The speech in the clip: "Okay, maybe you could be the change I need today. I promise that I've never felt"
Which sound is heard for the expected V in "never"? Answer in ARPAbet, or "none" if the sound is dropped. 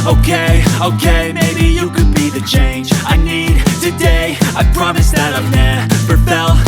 P